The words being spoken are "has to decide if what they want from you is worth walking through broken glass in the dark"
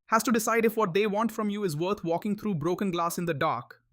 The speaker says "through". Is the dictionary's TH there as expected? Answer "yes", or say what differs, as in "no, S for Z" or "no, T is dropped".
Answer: no, T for TH